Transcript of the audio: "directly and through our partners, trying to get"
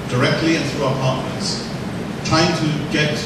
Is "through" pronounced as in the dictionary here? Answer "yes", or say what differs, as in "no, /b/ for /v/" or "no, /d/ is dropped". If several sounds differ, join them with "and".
yes